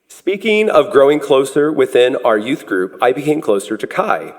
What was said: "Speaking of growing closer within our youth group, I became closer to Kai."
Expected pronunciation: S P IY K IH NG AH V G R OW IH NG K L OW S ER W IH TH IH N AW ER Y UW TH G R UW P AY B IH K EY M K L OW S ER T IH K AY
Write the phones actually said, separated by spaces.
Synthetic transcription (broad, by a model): S P IY K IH NG AH V G R OW IH NG K L OW S ER W IH TH IH N AW ER Y UW TH G R UW P AY B IH K EY M K L OW S ER T IH K AY